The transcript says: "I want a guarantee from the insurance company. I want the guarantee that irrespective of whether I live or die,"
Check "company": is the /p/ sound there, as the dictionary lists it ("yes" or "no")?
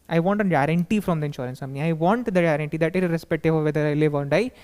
no